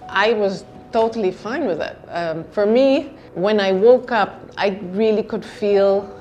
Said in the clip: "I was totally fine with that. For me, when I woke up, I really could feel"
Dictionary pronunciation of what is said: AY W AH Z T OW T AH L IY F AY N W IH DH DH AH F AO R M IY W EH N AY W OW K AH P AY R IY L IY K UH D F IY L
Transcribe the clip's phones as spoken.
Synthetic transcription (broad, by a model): AY W AH Z T OW T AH L IY F AY N W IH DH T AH F AO R M IY W EH N AY W OW K AH P AY R IY L IY K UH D F IY L